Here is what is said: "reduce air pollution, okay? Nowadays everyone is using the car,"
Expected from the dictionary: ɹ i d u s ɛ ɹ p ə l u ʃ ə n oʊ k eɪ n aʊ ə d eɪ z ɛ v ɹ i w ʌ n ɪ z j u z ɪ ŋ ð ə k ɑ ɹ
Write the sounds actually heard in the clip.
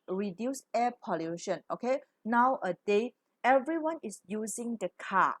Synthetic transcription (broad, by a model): ɹ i d u s ɛ p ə l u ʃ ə n oʊ k eɪ n aʊ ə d eɪ ɛ v ɹ i w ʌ n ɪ s j u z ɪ ŋ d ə k ɑ